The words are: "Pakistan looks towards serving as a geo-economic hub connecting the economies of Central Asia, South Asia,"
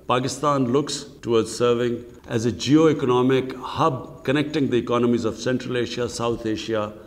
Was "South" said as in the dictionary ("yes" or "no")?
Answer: no